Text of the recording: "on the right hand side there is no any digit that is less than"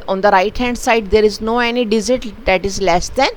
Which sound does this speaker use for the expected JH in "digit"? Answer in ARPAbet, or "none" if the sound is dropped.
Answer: Z